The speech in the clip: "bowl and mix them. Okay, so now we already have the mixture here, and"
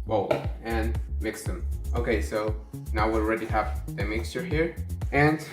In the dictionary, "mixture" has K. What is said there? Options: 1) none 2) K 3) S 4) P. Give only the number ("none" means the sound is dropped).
2